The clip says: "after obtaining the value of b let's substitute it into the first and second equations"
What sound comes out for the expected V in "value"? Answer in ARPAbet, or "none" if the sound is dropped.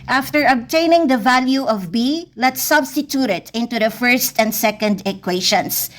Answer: V